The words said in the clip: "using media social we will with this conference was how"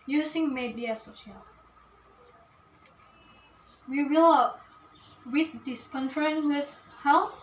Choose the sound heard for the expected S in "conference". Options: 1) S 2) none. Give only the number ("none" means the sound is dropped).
2